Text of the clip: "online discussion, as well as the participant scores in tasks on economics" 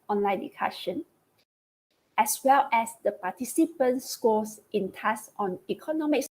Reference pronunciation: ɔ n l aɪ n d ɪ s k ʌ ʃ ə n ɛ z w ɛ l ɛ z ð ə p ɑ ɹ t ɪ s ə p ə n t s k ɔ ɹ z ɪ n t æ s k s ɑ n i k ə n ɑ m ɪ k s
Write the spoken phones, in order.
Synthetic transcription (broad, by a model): ɔ n l aɪ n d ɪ k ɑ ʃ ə n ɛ s w ɛ l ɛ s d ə p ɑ t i s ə p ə n s k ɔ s ɪ n t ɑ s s ɑ n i k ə n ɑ m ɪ k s